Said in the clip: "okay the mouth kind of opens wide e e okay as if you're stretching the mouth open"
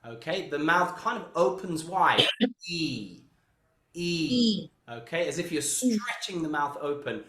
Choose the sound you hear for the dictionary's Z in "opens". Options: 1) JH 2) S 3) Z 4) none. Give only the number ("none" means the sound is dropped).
3